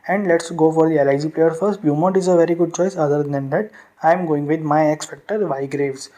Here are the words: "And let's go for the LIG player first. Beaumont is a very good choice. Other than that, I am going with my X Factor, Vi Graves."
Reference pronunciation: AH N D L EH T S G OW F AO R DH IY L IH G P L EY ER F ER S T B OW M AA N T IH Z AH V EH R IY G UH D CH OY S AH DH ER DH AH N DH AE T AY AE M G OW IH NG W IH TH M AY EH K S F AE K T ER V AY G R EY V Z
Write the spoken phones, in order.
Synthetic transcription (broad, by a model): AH N D L EH T S G OW F AO R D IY L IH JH P L EY ER F ER S T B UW M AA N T IH Z AH V EH R IY G UH D CH OY S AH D ER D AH N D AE T AY M G OW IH NG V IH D M AY EH K S F AE K T ER V AY G R EY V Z